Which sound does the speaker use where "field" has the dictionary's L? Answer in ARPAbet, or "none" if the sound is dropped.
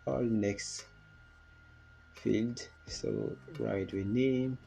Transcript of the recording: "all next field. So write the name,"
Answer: L